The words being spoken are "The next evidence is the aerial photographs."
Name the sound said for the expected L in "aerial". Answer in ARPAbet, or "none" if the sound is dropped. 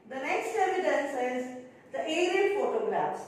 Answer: N